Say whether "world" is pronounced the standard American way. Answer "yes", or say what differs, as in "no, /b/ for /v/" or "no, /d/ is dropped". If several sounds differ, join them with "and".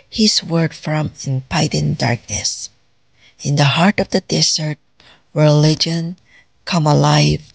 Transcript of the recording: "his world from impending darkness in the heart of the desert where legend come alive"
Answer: no, /l/ is dropped